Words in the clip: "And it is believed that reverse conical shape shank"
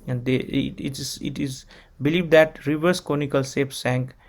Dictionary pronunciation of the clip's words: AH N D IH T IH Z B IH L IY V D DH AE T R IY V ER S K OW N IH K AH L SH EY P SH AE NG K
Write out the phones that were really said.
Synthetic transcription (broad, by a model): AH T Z IH T IH Z B IH L IY V D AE T R IY V ER S K OW N IH K AH L S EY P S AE NG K